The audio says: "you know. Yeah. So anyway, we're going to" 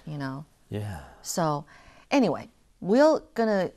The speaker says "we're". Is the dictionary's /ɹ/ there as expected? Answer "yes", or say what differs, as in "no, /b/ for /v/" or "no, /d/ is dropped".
no, /l/ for /ɹ/